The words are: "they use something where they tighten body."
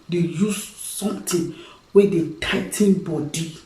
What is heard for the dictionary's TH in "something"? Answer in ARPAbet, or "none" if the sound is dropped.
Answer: T